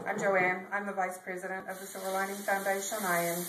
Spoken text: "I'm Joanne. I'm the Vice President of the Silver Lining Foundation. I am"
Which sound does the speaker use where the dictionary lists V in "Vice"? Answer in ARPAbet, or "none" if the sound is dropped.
V